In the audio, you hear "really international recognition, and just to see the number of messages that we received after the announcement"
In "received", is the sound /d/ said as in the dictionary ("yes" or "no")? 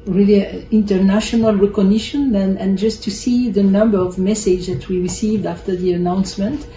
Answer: yes